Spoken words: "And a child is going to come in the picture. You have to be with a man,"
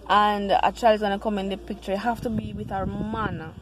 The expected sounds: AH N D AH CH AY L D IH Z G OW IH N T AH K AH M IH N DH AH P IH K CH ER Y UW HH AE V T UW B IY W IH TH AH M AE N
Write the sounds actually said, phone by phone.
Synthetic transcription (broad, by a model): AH N D AH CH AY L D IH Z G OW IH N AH K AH M IH N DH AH P IH K CH ER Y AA HH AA F T UW B IY W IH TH AH M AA N